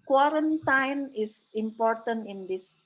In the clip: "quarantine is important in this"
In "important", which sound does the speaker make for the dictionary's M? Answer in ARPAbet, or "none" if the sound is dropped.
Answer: M